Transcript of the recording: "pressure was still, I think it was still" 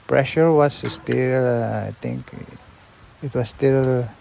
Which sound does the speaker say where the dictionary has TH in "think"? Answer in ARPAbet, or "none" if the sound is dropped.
T